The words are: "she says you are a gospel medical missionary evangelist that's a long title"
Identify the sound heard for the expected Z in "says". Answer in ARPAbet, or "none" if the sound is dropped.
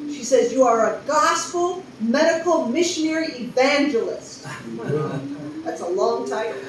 Z